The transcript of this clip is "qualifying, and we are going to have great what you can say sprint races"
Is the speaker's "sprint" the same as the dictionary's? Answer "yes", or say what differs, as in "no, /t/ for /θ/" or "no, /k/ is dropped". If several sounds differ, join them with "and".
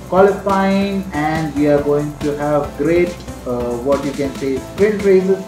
no, /n/ is dropped